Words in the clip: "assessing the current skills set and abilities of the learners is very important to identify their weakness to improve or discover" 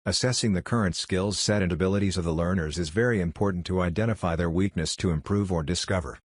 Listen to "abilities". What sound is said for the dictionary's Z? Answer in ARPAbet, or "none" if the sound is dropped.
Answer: Z